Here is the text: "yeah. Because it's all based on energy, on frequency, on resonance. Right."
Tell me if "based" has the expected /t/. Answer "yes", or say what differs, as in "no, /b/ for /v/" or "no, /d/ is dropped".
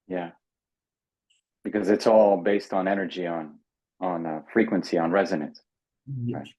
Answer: yes